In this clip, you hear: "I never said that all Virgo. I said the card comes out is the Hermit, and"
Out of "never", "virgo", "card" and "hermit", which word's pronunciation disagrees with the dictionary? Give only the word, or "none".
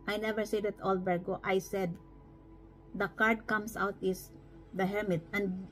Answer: virgo